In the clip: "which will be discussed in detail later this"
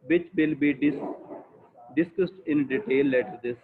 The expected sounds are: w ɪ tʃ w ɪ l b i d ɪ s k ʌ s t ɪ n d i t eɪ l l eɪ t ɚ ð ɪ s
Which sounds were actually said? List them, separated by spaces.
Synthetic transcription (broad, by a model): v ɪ tʃ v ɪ l b i d ɪ s k ʌ s t ɪ n d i t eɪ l l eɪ t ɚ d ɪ s